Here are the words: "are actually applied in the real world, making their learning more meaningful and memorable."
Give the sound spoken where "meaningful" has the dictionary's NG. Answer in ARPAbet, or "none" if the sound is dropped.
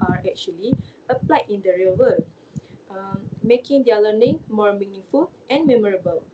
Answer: NG